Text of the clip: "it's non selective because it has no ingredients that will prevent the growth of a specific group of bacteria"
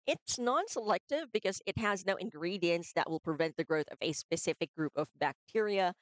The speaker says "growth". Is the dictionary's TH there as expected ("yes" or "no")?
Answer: yes